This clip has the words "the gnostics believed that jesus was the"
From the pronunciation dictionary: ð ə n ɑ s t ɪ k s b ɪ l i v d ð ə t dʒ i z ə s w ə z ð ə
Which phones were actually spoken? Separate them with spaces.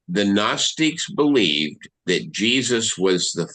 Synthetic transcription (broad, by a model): ð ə n ɑ s t ɪ k s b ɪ l i v ð ə t dʒ i z ə s w ə z ð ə